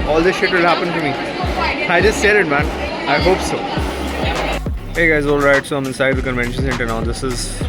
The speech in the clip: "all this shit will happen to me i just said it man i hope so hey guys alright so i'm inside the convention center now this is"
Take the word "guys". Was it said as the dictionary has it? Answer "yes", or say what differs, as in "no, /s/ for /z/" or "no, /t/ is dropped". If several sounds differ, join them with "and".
yes